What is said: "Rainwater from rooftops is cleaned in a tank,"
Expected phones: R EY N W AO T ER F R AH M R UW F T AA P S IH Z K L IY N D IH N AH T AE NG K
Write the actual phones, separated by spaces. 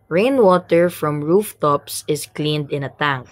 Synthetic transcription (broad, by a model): R EY N W AO T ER F R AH M R UW F T AA P S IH S K L IY N D IH N AH T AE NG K